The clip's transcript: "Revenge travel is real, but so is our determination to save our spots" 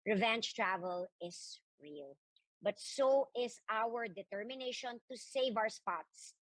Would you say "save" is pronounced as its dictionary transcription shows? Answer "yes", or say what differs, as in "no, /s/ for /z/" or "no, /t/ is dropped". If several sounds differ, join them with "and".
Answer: yes